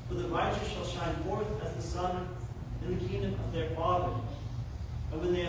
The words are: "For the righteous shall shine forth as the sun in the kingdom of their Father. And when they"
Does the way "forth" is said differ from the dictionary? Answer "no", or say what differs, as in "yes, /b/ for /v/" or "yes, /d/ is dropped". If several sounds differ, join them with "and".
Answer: no